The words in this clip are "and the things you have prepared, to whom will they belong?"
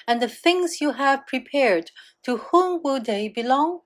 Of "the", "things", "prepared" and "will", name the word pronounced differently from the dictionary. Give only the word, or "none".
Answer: none